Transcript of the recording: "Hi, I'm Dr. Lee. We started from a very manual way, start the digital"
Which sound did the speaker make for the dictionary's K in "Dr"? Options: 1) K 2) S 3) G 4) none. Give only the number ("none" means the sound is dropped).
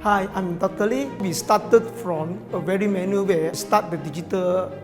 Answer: 4